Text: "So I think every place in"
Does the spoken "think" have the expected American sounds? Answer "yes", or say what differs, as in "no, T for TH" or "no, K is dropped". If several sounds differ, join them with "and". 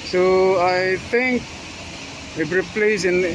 no, T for TH